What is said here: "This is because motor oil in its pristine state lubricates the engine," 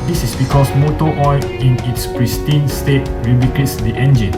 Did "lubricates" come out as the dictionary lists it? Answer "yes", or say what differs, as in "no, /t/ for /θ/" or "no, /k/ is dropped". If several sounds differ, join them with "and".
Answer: no, /ɹ/ is dropped